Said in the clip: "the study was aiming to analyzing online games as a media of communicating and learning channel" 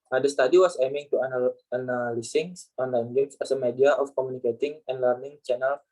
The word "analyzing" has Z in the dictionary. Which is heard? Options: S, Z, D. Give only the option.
S